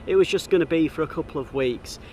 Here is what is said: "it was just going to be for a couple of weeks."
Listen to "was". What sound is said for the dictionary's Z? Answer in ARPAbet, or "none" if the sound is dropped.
Z